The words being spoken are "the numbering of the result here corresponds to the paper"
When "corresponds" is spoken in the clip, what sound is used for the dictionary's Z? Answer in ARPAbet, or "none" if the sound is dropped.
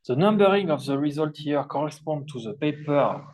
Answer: none